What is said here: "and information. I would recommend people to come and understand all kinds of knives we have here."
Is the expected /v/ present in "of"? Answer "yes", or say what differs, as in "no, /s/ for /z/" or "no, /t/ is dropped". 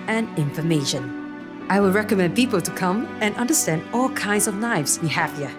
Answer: yes